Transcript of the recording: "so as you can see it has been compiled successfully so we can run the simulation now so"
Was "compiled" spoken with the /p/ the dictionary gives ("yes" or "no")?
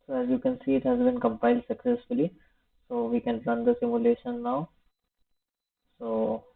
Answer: yes